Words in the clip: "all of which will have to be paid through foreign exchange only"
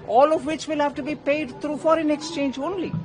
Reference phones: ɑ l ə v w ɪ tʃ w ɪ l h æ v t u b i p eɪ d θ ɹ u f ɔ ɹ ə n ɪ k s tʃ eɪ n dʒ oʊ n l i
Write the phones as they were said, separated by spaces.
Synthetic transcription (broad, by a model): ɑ l ə v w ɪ tʃ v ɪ l h æ v t u b i p eɪ d t ɹ u f ɔ ɹ ə n ɪ k s tʃ eɪ n dʒ oʊ n l i